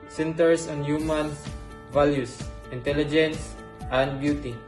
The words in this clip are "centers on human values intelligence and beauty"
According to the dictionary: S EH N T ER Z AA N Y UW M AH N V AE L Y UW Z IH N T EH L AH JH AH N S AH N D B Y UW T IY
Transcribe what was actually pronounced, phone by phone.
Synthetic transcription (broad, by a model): S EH N T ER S AA N Y UW M AH N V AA L Y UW S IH N T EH L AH JH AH N S AH N D B Y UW T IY